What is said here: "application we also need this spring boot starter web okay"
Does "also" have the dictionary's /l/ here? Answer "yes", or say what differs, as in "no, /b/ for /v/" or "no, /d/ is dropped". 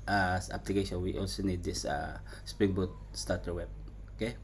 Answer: yes